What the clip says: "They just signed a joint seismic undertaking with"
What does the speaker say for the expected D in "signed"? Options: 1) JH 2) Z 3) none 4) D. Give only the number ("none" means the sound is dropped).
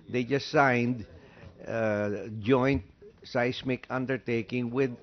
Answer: 4